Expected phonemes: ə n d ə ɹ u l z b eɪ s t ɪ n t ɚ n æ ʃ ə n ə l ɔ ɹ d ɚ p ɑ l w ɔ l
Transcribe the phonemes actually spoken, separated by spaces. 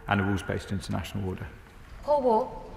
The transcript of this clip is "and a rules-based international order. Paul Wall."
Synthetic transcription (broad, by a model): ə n ə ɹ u z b eɪ s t ɪ n t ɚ n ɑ ʃ ə n ə l ɔ d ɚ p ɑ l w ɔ